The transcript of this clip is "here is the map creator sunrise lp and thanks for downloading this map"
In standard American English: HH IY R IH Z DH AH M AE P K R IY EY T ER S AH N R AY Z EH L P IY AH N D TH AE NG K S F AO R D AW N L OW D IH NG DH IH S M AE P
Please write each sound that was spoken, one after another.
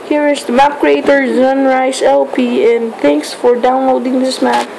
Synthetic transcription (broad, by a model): HH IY R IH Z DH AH M AE P K R IY EY T ER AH N R AY S EH L P IY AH N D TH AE NG K S F AO R D AW N L OW D IH NG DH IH S M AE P